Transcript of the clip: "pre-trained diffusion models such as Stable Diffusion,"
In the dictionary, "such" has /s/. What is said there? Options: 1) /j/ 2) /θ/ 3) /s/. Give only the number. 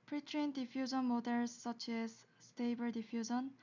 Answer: 3